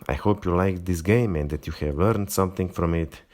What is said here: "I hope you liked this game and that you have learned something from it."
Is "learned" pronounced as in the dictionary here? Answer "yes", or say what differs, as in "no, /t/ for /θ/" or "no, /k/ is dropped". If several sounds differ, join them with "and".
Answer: yes